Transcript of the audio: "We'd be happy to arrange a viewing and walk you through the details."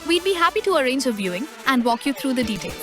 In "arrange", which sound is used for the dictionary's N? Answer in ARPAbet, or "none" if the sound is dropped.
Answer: N